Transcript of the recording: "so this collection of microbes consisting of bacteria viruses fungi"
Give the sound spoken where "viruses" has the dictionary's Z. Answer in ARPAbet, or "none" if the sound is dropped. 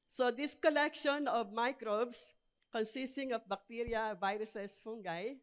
S